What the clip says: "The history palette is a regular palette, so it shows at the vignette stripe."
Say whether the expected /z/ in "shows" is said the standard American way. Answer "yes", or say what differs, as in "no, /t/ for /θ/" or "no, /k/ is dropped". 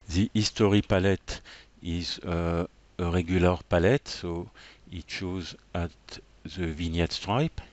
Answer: yes